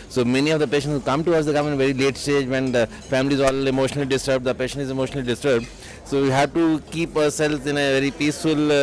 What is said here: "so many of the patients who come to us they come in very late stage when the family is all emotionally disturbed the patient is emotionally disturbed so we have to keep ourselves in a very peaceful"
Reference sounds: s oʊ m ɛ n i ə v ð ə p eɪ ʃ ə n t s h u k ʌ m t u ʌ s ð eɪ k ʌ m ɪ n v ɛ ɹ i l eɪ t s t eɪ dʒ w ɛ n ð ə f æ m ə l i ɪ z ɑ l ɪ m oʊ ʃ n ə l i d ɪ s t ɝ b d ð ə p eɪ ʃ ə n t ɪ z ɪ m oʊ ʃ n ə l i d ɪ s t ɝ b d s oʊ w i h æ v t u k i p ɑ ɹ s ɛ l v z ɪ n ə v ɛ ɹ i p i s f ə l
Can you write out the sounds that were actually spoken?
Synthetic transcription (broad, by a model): s oʊ m ɛ n i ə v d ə p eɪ ʃ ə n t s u k ʌ m t u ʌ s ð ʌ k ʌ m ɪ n v ɛ ɹ i l eɪ t s t eɪ dʒ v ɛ n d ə f æ m ə l i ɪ z ɑ l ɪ m oʊ ʃ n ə l i d ɪ s t ɝ b d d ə p eɪ ʃ ə n t ɪ z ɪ m oʊ ʃ n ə l i d ɪ s t ɝ b d s oʊ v i h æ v t u k i p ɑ ɹ s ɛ l z ɪ n ə v ɛ ɹ i p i s f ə l